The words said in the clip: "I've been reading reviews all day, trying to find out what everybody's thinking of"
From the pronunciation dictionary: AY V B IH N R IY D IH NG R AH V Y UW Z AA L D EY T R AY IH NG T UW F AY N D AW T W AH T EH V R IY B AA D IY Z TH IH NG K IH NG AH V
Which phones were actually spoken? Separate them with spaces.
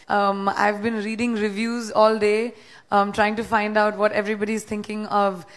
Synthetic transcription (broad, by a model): AY V B IH N R IY D IH NG R AH V Y UW Z AA L D EY T R AY IH NG T UW F AY N D AW T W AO T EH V R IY B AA D IY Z T IH NG K IH NG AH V